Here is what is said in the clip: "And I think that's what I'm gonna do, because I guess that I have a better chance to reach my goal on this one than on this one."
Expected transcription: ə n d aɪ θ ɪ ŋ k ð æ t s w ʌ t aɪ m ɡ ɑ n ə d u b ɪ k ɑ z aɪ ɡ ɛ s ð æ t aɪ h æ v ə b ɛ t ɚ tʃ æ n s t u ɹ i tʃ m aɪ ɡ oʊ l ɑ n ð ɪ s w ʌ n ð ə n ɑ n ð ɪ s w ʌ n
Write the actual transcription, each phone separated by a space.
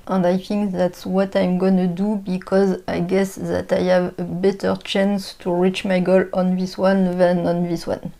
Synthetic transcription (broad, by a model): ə n d aɪ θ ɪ ŋ k ð æ t s w ʌ t aɪ m ɡ ɑ n ə d u b ɪ k ɑ z aɪ ɡ ɛ s ð æ t aɪ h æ v ə b ɛ t ɚ tʃ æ n s t u ɹ i tʃ m aɪ ɡ oʊ l ɑ n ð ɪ s w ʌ n ð ə n ɑ n ð ɪ s w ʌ n